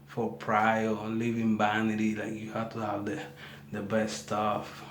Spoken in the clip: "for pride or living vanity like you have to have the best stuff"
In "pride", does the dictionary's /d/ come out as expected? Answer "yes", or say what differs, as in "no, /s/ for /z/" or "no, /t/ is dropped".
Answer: no, /d/ is dropped